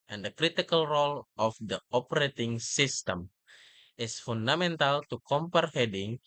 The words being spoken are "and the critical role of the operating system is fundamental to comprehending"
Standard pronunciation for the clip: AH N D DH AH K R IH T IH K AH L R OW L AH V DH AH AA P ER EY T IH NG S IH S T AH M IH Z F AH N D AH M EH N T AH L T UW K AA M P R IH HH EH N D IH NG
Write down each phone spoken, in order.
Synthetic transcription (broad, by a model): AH N D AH K R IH T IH K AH L R OW L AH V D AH AA P ER EY T IH NG S IH S T AH M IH S F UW N D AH M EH N T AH L T UW K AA M P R HH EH D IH NG